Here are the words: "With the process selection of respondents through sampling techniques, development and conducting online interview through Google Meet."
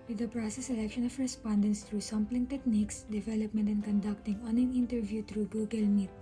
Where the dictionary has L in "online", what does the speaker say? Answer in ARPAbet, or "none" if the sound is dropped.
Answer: none